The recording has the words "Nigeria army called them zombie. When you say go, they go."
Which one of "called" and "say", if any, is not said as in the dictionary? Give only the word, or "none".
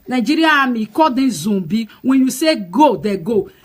called